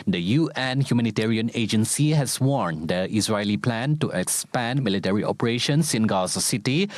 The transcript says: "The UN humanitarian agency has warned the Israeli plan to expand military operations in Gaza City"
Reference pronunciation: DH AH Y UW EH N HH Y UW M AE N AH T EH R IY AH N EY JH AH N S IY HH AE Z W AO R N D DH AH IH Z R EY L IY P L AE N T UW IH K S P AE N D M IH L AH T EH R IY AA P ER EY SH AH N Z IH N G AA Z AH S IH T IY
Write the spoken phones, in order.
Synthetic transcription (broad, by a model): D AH Y UW EH N HH Y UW M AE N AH T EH R IY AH N EY JH AH N S IY HH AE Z W AO R N D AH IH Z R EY L IY P L AE N T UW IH K S P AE N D M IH L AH T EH R IY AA P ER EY SH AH N S IH N G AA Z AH S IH T IY